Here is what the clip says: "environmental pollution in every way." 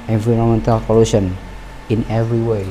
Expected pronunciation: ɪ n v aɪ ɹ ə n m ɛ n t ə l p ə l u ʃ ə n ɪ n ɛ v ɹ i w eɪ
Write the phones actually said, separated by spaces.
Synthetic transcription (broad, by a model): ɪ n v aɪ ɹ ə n m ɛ n t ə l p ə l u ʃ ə n ɪ n ɛ v ɹ i w eɪ